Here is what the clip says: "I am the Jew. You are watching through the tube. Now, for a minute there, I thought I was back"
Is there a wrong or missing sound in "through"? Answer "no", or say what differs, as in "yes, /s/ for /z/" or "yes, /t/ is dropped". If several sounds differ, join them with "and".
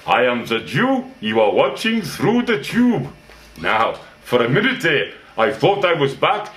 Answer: no